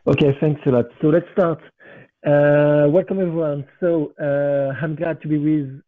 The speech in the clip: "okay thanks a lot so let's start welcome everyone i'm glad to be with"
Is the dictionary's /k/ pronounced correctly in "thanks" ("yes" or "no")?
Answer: yes